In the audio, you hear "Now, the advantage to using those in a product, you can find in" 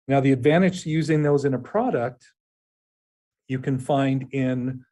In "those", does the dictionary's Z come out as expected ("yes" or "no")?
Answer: yes